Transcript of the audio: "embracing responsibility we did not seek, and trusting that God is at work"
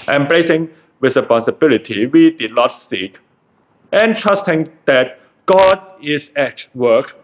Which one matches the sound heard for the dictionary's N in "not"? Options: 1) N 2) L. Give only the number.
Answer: 1